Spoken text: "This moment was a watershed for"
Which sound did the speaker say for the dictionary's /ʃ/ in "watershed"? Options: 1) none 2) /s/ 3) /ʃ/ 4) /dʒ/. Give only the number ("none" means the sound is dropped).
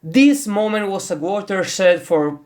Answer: 2